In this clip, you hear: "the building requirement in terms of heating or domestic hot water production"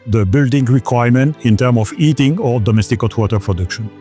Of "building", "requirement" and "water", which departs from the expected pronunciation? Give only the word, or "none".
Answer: none